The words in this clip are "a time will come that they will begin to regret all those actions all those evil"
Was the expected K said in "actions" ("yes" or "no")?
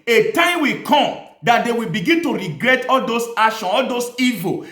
no